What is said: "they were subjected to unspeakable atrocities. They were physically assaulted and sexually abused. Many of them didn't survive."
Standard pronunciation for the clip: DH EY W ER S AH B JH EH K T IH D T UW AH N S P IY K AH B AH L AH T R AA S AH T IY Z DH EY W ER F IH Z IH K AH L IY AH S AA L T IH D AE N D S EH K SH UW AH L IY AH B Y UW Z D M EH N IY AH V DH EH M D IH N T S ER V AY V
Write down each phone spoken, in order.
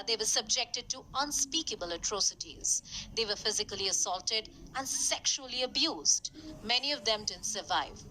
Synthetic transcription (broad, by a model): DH EY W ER S AH B JH EH K T IH D T UW AH N S P IY K AH B AH L AH T R AA S AH T IY Z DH EY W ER F IH Z IH K AH L IY AH S AA L T IH D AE N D S EH K SH UW AH L IY AH B Y UW Z D M EH N IY AH V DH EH M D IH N S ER V AY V